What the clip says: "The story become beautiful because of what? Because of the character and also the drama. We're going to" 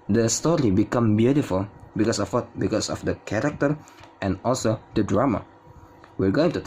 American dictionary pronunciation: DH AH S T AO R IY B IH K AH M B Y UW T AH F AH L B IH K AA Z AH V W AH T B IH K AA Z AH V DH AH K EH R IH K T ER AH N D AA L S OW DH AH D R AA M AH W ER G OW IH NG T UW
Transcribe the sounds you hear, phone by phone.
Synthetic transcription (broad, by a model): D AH S T AO R IY B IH K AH M B Y UW T AH F AH L B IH K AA S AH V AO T B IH K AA S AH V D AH K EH R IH K T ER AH N AA L S OW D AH D R AA M AH W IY G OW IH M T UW